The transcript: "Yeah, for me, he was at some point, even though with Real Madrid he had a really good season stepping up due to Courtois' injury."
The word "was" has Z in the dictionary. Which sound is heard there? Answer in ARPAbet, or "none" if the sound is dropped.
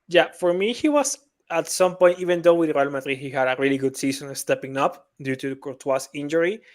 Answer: S